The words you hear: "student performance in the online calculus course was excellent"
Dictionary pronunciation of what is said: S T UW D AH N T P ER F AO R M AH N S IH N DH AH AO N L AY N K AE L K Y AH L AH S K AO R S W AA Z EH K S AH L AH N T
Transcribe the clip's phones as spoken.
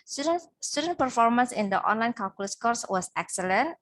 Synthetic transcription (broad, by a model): S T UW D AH N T P ER F AO R M AH N S IH N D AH AO N L AY N K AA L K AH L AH S K AO R S W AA S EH K S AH L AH N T